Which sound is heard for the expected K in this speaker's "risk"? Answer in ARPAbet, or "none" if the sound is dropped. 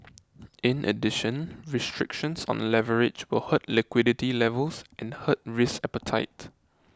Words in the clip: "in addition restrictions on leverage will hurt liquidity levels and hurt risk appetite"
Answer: none